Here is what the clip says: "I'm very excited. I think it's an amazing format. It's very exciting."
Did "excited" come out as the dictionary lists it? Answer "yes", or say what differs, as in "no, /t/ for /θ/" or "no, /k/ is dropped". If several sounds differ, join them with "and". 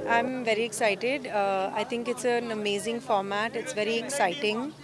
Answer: yes